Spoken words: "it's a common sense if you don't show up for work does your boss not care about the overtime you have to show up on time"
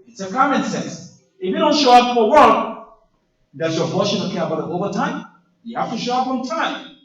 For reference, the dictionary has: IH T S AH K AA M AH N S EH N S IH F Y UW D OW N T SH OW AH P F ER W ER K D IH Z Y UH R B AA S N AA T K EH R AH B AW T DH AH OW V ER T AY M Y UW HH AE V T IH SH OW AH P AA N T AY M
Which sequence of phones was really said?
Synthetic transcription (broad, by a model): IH T S AH K AA M AH N S EH N S IH F Y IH D OW N T SH OW AH P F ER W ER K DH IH S Y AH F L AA SH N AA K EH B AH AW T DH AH OW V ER T AY M Y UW HH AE F T IH SH OW AH P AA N T AY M